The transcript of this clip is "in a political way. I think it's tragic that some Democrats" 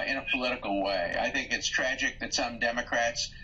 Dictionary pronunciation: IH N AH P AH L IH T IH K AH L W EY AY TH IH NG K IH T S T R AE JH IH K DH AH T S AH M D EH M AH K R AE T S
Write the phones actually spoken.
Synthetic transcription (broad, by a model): IH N AH P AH L IH T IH K L W EY AY TH IH NG K IH T S T R AE JH IH K DH AH T S AH M D EH M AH K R AE T S